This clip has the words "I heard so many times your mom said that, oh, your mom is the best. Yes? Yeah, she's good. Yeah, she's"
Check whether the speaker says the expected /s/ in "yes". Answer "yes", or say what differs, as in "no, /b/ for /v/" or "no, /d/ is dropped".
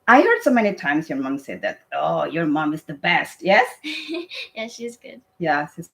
yes